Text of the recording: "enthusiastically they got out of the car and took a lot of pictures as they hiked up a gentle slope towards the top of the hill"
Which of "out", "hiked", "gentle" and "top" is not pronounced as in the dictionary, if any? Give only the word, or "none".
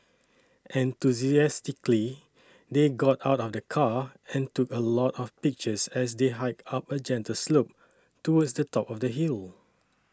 hiked